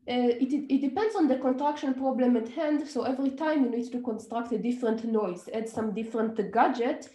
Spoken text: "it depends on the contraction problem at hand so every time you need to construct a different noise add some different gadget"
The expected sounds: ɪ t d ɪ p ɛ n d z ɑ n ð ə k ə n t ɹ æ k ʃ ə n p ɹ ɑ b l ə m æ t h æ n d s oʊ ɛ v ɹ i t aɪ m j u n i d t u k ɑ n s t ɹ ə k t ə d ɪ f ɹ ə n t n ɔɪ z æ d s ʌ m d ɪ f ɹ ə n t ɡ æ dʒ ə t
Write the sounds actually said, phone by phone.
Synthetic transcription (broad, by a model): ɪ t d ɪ p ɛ n d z ɑ n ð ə k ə n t ɹ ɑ k ʃ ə n p ɹ ɑ b l ə m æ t h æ n d s oʊ ɛ v ɹ i t aɪ m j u n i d t u k ɑ n s t ɹ ə k t ə d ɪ f ɹ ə n t n ɔɪ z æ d s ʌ m d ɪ f ɹ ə n t ɡ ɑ dʒ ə t